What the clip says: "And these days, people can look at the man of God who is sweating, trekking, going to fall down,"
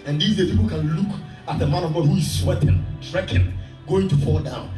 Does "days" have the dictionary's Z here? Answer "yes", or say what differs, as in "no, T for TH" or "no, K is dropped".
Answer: no, Z is dropped